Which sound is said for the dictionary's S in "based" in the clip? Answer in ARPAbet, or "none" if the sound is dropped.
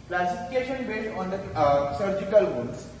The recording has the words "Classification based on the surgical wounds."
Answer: none